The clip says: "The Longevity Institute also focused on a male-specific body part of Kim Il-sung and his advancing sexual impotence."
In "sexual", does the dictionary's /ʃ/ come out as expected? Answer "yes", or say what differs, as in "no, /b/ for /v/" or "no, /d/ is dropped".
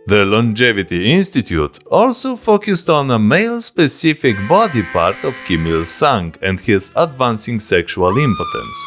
yes